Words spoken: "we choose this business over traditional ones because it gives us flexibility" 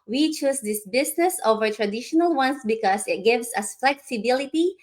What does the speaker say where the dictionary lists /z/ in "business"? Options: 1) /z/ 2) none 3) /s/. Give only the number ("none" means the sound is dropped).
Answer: 3